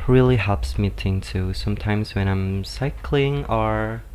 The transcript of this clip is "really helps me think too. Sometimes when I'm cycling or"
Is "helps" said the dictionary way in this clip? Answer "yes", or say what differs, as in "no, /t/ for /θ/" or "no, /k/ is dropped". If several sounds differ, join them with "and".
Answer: yes